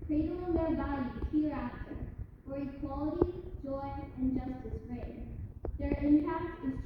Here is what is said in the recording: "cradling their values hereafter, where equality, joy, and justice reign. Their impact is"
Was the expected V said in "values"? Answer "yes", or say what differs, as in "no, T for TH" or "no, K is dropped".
no, B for V